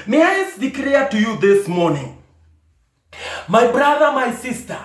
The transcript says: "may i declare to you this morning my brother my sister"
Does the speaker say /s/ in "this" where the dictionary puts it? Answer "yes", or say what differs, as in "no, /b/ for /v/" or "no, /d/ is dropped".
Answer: yes